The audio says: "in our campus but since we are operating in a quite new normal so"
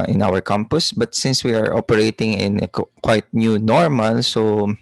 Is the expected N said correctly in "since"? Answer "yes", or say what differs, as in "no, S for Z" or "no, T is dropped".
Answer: yes